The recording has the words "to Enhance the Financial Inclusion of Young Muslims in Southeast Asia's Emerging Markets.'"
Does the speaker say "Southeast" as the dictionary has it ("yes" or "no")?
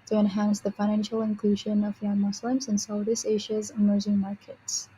no